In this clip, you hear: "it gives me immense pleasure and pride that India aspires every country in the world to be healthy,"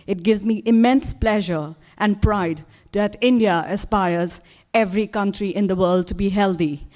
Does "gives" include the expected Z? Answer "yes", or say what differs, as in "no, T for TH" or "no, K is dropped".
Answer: yes